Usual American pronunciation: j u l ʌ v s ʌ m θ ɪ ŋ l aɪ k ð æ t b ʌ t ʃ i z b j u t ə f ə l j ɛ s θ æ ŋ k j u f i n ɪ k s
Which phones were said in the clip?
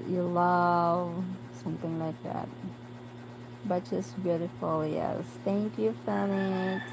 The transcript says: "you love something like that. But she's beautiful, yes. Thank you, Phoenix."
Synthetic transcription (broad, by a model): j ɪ l ʌ v s ʌ m θ ɪ ŋ l aɪ k ð æ t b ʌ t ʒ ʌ s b j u t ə f l j ɛ s θ æ ŋ k j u f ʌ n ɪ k